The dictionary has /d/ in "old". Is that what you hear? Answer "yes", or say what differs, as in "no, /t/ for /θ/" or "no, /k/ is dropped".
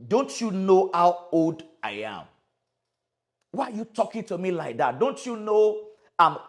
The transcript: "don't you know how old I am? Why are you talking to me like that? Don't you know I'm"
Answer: yes